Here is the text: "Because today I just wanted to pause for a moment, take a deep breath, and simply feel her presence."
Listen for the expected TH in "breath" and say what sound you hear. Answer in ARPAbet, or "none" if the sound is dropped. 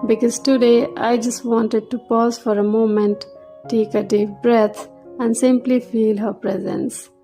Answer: T